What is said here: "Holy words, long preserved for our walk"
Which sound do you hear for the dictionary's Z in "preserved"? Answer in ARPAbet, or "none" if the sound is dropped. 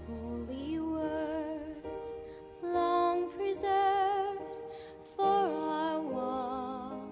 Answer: Z